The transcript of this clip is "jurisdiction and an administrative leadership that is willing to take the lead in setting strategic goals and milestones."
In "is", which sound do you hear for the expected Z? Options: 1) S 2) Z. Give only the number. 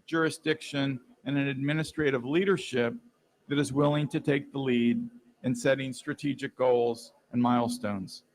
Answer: 2